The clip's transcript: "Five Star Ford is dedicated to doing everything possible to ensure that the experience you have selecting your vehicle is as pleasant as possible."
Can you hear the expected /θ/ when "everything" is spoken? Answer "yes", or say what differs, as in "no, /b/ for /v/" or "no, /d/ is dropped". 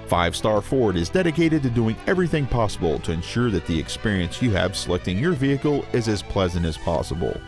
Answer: yes